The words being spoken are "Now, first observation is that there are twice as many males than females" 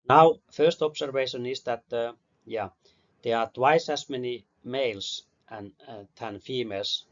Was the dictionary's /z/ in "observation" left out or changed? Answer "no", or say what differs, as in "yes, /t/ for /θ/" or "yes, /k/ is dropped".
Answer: yes, /s/ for /z/